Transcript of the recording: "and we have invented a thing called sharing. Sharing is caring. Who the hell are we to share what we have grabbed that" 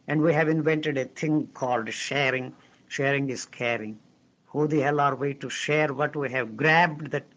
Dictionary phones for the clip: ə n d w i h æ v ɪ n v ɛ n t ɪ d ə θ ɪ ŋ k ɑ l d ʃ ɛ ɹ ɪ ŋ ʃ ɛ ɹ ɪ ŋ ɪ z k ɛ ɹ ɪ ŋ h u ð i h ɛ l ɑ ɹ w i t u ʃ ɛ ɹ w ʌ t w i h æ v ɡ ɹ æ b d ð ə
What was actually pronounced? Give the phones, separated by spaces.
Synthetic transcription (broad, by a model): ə n d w i h æ v ɪ n v ɛ n t ɪ d ə t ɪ ŋ k ɑ l d ʃ ɛ ɹ ɪ ŋ ʃ ɛ ɹ ɪ ŋ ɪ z k ɛ ɹ ɪ ŋ h u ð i h ɛ l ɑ ɹ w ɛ t u ʃ ɛ ɹ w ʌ t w i h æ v ɡ ɹ æ b d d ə